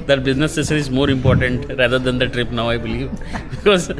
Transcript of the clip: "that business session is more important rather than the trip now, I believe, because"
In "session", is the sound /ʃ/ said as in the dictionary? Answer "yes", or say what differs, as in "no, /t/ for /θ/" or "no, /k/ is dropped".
no, /s/ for /ʃ/